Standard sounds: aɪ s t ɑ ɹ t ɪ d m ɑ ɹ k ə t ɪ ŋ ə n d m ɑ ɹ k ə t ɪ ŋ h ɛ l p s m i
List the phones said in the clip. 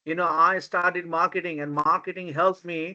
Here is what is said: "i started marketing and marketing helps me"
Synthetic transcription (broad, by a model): aɪ s t ɑ ɹ t ɪ d m ɑ ɹ k ə t ɪ ŋ ə n d m ɑ ɹ k ə t ɪ ŋ h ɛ l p m i